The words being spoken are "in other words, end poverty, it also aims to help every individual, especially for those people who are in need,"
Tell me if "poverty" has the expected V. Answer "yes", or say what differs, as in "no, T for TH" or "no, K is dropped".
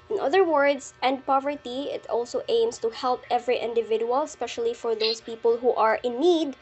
yes